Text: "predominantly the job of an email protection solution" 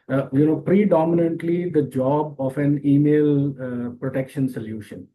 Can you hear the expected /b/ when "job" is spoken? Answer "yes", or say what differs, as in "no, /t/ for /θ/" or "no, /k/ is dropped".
yes